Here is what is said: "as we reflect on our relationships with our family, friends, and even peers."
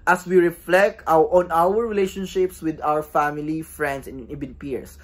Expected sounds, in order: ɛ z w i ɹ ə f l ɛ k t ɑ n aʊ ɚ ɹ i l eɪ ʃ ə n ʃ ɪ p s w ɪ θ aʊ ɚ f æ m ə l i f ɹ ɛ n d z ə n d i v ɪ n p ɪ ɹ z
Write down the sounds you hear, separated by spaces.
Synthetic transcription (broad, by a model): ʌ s w i ɹ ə f l ɛ k t ɑ n aʊ ɚ ɹ i l eɪ ʃ ə n ʃ ɪ p s w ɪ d aʊ ɚ f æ m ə l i f ɹ ɛ n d s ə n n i b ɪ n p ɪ ɹ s